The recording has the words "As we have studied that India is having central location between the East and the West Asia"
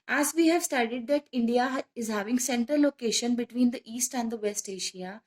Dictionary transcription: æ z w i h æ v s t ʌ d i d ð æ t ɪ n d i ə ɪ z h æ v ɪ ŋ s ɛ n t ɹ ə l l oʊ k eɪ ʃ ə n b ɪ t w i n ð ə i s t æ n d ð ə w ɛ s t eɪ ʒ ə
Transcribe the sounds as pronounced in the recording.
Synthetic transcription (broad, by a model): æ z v i h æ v s t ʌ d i d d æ t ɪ n d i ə ɪ z h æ v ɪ ŋ s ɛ n t ə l l oʊ k eɪ ʃ ə n b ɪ t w i n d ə i s t æ n d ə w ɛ s t eɪ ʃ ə